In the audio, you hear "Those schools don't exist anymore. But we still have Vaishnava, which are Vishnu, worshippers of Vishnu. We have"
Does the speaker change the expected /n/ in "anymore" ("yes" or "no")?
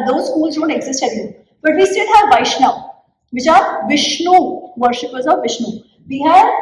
yes